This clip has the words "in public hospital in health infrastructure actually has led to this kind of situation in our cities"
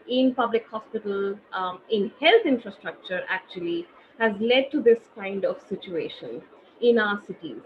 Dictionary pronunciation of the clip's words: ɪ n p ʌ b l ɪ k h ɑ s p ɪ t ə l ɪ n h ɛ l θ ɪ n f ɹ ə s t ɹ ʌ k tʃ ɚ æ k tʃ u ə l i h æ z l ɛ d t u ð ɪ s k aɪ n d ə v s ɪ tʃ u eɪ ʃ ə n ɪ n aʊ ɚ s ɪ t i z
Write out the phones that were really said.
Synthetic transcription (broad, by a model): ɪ n p ʌ b l ɪ k h ɑ s p ɪ t ə l ɪ n h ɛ l t ɪ n f ɹ ə s t ɹ ʌ k tʃ ɚ æ k tʃ u ə l i h æ z l ɛ d t u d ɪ s k aɪ n d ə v s ɪ tʃ u eɪ ʃ ə n ɪ n aʊ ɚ s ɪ t i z